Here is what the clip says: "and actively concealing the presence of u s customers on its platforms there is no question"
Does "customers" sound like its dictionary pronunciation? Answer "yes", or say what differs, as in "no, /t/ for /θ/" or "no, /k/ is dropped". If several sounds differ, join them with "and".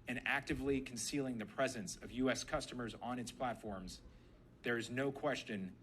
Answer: yes